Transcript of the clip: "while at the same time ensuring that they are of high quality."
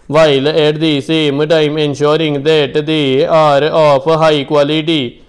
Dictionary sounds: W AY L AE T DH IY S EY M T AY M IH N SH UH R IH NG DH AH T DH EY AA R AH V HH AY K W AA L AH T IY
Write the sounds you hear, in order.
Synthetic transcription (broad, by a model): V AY L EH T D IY S EY M T AY M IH N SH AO R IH NG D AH T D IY AA R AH P HH AY K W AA L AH T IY